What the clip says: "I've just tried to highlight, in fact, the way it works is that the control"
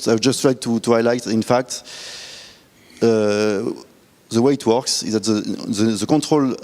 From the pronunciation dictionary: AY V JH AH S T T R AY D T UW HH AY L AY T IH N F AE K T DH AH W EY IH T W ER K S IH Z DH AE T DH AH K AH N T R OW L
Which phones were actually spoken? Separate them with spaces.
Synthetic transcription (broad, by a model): AY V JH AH S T T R AY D T UW HH AY L AY T IH N F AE K T DH AH W EY IH T W ER K S IH Z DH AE T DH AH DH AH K T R OW L